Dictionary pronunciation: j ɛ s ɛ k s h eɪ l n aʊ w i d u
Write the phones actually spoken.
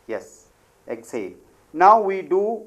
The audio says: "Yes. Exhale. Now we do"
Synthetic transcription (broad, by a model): j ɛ s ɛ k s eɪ n n aʊ w i d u